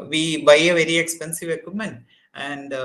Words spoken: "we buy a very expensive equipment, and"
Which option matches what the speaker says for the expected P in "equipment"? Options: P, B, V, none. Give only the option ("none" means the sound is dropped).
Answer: none